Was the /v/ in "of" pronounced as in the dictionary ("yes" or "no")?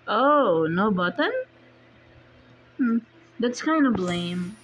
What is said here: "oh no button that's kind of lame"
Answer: no